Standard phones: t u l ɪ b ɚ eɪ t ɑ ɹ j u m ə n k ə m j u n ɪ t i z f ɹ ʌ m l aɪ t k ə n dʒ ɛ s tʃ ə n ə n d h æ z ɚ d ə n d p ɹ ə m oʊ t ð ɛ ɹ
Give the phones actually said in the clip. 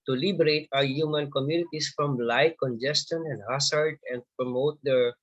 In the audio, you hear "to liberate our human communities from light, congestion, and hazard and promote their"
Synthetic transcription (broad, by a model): t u l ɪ b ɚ eɪ t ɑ w j u m ə n k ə m j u n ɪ t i s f ɹ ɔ m l aɪ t k ə n dʒ ɛ s tʃ ə n ə n d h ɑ s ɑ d ə n d p ɹ ə m oʊ t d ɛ ɹ